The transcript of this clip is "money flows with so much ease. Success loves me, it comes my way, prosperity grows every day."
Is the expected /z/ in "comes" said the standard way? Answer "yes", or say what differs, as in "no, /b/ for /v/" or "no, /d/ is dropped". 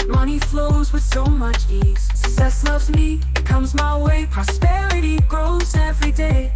yes